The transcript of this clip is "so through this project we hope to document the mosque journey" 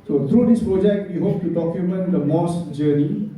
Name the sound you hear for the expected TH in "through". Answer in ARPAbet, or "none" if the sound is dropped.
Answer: T